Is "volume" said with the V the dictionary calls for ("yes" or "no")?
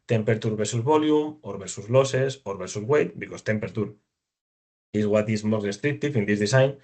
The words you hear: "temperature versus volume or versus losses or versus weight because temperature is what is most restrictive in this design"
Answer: no